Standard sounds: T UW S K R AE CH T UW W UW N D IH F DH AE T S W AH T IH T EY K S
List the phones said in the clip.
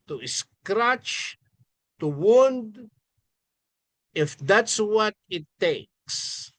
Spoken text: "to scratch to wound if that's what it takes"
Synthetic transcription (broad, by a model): T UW S K R AE CH T UW W UW N D IH F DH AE T S W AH T IH T EY K S